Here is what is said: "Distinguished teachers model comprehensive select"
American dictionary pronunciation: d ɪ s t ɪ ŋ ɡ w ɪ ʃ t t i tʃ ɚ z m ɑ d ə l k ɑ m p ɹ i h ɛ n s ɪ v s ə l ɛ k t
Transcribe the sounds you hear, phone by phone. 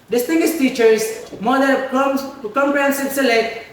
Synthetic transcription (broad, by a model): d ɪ s t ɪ ŋ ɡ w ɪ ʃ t t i tʃ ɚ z m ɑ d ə n k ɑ m p ɹ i h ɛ n s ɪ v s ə l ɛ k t